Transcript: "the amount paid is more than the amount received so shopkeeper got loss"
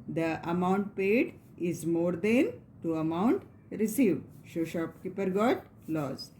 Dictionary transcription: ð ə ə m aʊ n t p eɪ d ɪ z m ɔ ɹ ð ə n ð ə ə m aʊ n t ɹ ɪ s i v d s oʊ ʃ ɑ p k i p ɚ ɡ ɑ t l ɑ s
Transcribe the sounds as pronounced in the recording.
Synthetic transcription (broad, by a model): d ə ə m aʊ n t p eɪ d ɪ z m ɔ ɹ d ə n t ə ə m aʊ n t ɹ ɪ s i v d ʃ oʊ ʃ ɑ p k i p ɚ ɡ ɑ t l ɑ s